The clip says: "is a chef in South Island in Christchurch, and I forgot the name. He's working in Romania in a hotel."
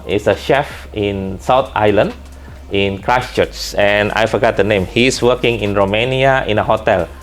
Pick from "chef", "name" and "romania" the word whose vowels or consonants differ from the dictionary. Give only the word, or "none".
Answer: none